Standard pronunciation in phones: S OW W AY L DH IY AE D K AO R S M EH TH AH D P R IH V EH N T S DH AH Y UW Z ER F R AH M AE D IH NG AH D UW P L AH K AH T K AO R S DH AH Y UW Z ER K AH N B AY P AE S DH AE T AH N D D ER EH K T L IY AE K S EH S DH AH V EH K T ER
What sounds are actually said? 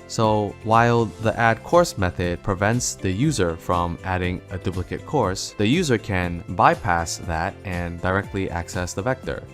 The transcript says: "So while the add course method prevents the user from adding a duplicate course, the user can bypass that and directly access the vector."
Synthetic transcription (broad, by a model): S OW W AY L DH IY AE D K AO R S M EH TH AH D P R IH V EH N T S DH AH Y UW Z ER F R AH M AE D IH NG AH D UW P L AH K AH T K AO R S DH AH Y UW Z ER K AH N B AY P AE S DH AE T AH N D D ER EH K T L IY AE K S EH S DH AH V EH K T ER